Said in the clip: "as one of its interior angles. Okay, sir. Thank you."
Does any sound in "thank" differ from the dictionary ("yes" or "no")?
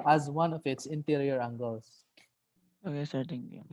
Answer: yes